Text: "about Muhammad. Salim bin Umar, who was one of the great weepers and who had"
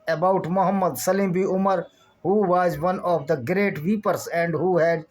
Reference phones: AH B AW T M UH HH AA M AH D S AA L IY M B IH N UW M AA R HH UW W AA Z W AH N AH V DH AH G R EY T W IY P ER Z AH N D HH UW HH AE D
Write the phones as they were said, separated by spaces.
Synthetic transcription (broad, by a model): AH B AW T M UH HH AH M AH D S AA L IY M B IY UW M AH R HH UW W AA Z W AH N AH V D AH G R EY T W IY P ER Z AH N D HH UW HH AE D